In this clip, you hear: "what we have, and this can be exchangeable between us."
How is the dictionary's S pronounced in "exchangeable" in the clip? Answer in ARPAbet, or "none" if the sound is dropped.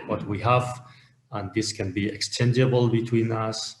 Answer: S